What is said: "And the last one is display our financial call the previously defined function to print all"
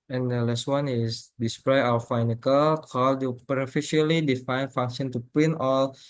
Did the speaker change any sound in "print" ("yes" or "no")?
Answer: yes